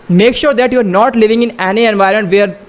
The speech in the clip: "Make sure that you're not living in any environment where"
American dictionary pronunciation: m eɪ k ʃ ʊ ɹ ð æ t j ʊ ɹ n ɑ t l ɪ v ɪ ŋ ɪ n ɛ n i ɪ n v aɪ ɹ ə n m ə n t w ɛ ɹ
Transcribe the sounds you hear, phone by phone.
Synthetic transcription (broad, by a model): m eɪ k ʃ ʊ ɹ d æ t j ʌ ɹ n ɑ t l ɪ v ɪ ŋ ɪ n ɛ n i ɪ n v aɪ ə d m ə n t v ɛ ɹ